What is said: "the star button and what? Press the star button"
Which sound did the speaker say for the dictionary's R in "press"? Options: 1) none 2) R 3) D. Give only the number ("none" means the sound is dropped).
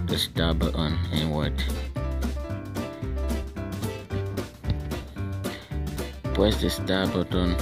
1